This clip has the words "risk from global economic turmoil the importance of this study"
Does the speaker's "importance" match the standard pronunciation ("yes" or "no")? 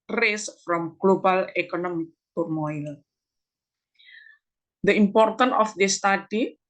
no